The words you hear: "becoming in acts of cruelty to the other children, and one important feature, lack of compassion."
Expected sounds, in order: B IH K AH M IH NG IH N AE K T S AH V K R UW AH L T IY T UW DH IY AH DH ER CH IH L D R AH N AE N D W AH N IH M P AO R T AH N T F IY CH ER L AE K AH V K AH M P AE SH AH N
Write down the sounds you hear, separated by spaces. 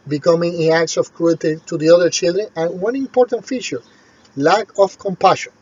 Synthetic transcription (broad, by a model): B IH K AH M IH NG IH N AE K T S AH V K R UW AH T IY T UW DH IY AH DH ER CH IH L D R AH N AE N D W AH N IH M P AO R T AH N T F IY CH ER L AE K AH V K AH M P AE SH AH N